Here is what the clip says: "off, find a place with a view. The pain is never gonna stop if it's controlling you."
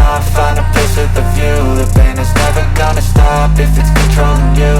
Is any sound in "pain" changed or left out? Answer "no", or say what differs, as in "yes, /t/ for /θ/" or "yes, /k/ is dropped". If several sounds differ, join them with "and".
yes, /b/ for /p/